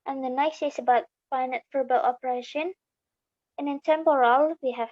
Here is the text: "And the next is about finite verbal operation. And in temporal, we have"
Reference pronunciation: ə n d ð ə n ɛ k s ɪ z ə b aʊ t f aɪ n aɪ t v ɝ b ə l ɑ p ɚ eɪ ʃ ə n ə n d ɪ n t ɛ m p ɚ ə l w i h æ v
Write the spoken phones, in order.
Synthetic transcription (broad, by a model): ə n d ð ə n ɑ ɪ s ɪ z ə b aʊ t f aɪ n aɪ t f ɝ b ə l ɑ p ɚ eɪ ʃ ə n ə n ɪ n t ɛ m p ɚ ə l w i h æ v